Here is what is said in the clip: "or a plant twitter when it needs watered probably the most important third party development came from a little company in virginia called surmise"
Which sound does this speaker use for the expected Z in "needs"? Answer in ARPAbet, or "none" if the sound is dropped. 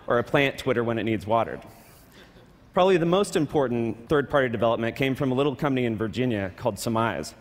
Z